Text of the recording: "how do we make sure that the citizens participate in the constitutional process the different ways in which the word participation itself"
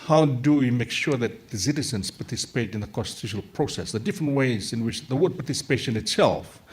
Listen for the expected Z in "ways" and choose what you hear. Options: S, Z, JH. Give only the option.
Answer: Z